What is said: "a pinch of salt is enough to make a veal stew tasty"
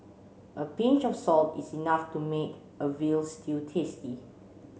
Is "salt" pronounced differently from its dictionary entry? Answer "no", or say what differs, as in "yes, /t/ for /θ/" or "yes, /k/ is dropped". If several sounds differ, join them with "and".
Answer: no